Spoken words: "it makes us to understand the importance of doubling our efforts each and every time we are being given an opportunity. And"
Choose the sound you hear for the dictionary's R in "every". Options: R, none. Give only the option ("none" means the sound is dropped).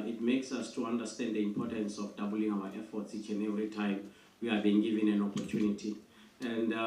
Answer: none